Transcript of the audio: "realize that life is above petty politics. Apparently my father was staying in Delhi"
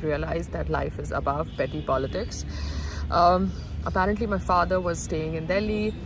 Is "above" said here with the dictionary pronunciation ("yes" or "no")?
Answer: yes